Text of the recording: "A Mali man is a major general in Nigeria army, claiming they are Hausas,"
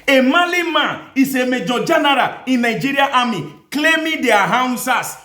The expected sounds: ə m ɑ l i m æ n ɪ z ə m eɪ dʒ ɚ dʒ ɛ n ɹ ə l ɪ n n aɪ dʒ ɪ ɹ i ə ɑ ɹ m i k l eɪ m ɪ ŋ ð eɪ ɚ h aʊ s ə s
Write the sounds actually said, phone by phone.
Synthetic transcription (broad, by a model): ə m ɑ l i m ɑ ɪ s ə m eɪ dʒ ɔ dʒ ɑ n ɹ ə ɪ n n aɪ dʒ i ɹ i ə ɑ m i k l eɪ m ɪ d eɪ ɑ h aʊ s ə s